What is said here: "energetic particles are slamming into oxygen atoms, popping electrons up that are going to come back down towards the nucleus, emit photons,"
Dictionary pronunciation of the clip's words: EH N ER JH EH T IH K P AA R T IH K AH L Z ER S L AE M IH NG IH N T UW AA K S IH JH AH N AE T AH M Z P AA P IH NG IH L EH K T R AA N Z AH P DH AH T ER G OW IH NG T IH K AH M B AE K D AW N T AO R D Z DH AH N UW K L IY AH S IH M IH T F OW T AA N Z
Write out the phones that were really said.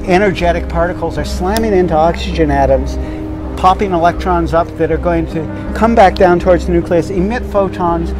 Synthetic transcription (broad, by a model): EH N ER JH EH T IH K P AA R T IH K L Z ER S L AE M IH NG IH N T UW AA K S IH JH AH N AE T AH M Z P AA P IH NG IH L EH K T R AA N Z AH P DH AH T ER G OW IH NG T IH K AH M B AE K D AW N T AO R D Z N UW K L IY AH S IH M IH T F OW T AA N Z